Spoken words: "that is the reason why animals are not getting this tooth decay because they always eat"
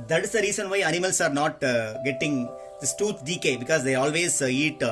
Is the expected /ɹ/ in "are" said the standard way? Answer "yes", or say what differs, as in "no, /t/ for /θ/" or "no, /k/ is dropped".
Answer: yes